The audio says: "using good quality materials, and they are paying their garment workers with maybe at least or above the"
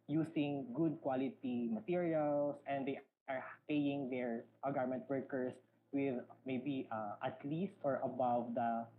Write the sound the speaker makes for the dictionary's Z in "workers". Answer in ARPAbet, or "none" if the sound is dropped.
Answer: S